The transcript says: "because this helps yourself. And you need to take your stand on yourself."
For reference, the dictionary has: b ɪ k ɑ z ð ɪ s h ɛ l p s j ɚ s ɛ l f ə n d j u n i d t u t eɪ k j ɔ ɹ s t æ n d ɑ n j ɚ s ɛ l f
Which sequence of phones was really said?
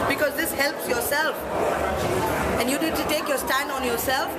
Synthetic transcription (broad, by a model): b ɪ k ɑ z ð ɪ s h ɛ l p s j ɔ s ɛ l f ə n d j u n i d t u t eɪ k j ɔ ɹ s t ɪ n ɑ n j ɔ s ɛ l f